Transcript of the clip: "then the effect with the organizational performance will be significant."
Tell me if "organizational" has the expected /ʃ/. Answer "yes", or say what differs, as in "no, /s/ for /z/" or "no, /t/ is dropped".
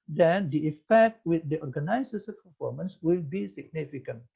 no, /s/ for /ʃ/